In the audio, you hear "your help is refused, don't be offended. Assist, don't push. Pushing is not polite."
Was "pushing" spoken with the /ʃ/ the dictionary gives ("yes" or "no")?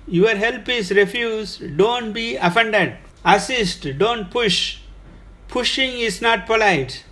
yes